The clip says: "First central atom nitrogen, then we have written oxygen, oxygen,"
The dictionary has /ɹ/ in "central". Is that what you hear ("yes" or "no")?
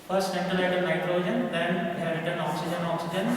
no